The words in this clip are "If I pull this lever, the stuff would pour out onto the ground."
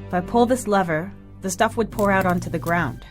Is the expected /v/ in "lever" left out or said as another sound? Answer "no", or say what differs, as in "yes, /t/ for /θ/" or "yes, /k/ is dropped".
no